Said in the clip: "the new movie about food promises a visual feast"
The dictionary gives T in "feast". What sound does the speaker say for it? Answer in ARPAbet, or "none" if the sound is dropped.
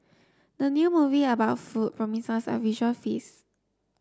none